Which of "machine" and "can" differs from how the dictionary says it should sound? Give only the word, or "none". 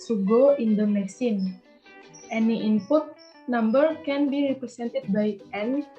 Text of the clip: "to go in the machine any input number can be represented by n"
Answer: machine